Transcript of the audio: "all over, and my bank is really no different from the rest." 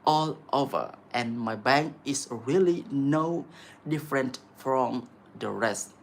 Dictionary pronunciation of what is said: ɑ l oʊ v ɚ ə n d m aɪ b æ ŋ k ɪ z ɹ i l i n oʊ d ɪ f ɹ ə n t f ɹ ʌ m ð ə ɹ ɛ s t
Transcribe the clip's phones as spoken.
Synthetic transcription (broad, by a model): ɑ l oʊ v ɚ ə n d m aɪ b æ ŋ k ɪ s ɹ i l i n oʊ d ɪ f ɹ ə n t f ɹ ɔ m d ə ɹ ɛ s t